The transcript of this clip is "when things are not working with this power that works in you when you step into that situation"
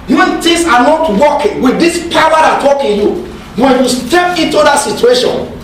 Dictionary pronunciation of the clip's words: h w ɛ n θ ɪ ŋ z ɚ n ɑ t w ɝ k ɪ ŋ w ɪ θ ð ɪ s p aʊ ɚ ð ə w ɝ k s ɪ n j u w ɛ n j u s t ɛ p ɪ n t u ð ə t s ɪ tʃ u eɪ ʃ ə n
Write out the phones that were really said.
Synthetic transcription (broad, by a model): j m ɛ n t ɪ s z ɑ n ɑ t w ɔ k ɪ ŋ w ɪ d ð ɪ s p aʊ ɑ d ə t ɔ k ɪ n j u w ɛ n j u s t ɛ p ɪ n t u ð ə t s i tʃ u eɪ ʃ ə n